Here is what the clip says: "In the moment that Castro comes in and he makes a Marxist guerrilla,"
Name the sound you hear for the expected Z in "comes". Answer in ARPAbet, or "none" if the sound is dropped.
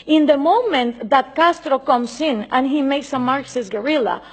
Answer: S